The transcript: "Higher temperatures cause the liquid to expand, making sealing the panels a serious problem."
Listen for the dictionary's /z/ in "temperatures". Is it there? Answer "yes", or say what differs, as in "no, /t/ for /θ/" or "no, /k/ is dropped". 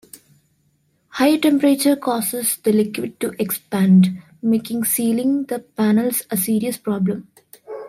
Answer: no, /z/ is dropped